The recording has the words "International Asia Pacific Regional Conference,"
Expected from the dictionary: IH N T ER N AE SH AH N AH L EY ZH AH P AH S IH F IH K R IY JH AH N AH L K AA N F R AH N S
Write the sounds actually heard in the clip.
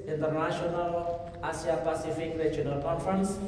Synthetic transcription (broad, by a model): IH N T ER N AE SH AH N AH L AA S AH P AH S IH F IH K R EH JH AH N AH L K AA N F R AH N S